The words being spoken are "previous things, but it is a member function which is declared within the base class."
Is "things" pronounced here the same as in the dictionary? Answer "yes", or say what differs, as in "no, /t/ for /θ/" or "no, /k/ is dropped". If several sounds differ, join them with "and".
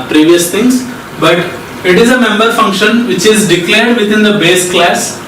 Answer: no, /t/ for /θ/